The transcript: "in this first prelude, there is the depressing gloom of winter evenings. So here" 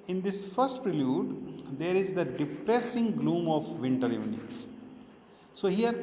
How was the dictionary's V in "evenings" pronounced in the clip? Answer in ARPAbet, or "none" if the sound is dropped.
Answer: none